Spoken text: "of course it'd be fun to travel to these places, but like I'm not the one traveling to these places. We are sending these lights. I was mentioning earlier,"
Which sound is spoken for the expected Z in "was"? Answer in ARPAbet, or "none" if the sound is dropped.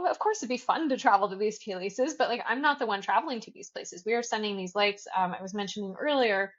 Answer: Z